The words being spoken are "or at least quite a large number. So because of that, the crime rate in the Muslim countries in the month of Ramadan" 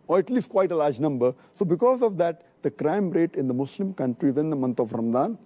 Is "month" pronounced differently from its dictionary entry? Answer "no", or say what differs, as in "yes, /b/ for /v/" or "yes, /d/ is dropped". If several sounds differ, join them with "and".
yes, /t/ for /θ/